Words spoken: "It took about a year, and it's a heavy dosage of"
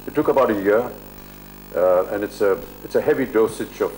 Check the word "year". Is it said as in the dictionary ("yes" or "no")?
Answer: yes